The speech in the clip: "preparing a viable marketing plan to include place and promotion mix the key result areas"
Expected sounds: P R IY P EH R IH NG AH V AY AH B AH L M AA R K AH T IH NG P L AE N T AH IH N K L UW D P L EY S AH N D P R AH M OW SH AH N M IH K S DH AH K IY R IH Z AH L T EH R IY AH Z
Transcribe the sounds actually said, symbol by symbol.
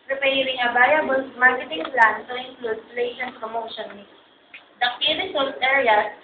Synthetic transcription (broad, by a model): P R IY P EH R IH NG AH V AY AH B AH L M AA R K AH T IH NG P L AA N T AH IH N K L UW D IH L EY SH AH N P R AH M OW SH AH N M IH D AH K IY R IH S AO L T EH R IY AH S